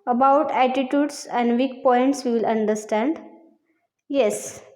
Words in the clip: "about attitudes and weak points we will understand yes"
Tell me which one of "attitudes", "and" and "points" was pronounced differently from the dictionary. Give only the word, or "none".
attitudes